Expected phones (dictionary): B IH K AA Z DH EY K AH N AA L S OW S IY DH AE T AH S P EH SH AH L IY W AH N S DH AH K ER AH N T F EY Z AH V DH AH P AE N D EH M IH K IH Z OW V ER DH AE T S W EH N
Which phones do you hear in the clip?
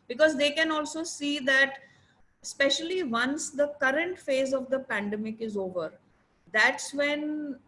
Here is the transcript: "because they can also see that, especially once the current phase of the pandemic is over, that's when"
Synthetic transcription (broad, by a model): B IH K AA Z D EY K AH N AA L S OW S IY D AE T S P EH SH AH L IY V AH N S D AH K ER AH N T F EY Z AH V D AH P AE N D EH M IH K IH Z OW V ER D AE T S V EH N